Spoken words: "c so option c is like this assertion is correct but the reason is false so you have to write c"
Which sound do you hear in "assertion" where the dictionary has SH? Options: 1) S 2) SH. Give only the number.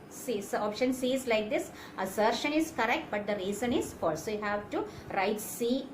2